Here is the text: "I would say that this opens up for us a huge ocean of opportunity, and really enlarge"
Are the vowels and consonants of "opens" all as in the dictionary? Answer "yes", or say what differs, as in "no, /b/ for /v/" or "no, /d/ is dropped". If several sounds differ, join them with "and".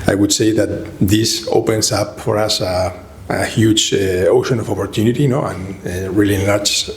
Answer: no, /s/ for /z/